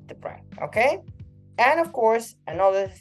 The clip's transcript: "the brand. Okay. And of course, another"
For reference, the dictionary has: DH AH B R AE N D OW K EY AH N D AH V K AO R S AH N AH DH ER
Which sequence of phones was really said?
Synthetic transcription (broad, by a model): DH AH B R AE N OW K EY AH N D AH V K AO R S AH N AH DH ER